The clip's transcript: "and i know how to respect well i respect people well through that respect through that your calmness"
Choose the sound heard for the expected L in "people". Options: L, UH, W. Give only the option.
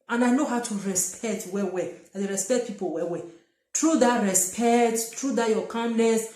W